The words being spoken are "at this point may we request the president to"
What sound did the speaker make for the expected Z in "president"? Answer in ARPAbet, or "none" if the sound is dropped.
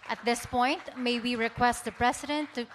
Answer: S